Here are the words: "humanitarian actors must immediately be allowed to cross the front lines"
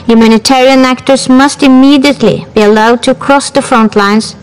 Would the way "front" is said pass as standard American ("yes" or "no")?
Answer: yes